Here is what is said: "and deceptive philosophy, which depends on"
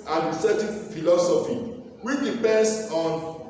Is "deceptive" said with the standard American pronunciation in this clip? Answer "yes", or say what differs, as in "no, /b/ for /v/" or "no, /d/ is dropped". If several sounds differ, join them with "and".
no, /p/ is dropped